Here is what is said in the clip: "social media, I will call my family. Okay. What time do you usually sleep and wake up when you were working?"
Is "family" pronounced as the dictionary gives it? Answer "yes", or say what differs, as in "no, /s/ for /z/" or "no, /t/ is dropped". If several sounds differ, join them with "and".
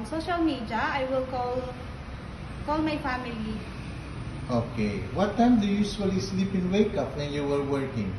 yes